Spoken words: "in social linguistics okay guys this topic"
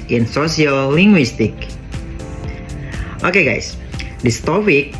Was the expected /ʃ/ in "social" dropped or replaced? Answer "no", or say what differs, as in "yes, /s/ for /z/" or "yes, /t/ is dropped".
yes, /s/ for /ʃ/